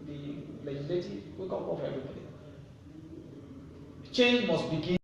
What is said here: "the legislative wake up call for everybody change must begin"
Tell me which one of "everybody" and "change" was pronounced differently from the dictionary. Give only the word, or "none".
none